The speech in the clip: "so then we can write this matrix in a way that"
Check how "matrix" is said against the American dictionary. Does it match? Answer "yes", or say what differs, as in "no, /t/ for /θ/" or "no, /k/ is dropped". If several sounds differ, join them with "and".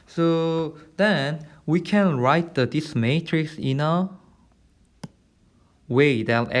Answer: yes